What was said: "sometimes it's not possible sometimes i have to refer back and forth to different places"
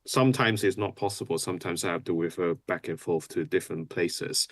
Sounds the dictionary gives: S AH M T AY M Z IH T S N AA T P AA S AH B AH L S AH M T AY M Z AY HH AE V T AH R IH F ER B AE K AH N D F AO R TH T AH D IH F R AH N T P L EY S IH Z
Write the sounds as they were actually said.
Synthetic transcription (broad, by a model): S AH M T AY M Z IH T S N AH T P AA S AH B AH L S AH M T AY M Z AY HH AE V T AH W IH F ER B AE K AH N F AO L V T AH D IH F R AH N P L EY S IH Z